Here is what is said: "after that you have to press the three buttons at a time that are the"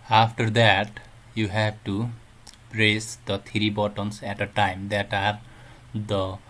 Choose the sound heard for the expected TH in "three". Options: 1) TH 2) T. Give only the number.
2